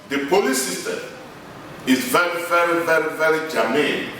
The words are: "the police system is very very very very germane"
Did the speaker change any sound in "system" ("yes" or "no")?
yes